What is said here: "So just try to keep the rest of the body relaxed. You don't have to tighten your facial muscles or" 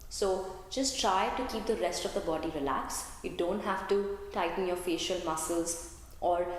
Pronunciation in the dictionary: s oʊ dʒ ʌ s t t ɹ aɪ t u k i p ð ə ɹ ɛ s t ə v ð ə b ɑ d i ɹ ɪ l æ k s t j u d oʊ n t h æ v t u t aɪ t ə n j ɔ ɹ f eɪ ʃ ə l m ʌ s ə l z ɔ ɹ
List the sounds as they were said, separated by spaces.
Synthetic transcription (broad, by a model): s oʊ dʒ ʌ s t t ɹ aɪ t u k i p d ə ɹ ɛ s t ə v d ə b ɑ d i ɹ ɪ l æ k s j u d oʊ n t h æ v t u t aɪ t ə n j ɔ ɹ f eɪ ʃ ə l m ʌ s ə l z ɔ ɹ